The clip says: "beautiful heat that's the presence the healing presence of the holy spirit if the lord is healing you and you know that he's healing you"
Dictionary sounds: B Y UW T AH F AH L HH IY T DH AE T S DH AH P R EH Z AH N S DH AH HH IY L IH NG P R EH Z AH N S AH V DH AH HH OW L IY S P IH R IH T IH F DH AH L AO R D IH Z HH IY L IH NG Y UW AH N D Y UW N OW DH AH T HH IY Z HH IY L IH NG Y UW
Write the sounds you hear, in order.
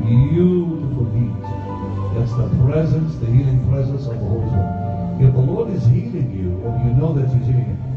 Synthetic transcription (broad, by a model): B Y UW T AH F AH L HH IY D DH AE T S DH AH P R EH Z AH N S DH AH HH IY L IH NG P R EH Z AH N S AH V DH AH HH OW IY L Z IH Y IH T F DH AH L AO R D IH Z HH IY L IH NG Y UW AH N Y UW N OW DH AH T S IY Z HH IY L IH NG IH